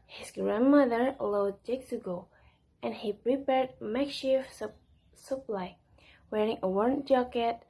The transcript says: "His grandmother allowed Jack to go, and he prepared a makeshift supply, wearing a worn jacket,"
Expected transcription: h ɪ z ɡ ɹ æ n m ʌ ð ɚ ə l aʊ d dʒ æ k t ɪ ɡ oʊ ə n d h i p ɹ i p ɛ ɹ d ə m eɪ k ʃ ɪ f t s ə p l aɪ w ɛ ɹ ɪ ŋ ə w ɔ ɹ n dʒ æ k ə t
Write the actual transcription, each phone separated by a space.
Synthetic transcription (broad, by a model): h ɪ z ɡ ɹ æ n m ʌ ð ɚ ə l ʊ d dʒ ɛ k s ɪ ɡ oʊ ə n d h i p ɹ i p ɛ ɹ d m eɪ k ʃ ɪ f s ə p l aɪ w ɛ ɹ ɪ ŋ ə w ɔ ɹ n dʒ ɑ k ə t